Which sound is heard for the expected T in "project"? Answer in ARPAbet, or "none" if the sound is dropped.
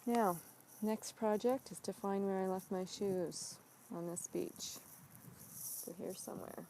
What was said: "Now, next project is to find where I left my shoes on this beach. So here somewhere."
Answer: T